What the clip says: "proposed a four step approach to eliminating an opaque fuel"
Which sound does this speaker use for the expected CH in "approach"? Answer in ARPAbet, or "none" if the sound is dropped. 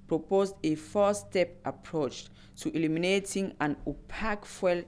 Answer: CH